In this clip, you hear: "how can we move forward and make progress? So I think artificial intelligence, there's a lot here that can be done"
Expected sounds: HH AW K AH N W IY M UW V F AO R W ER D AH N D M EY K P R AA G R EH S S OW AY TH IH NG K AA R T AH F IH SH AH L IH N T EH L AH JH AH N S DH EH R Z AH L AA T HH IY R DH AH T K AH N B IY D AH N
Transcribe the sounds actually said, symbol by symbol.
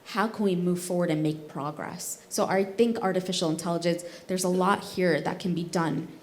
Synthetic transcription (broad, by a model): HH AW K AH N W IY M UW V F AO R W ER D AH N M EY K P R AA G R EH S S OW AY TH IH NG K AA R T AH F IH SH L IH N T EH L AH JH AH N S DH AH R Z AH L AA T HH IY R DH AH T K AH N B IY D AH N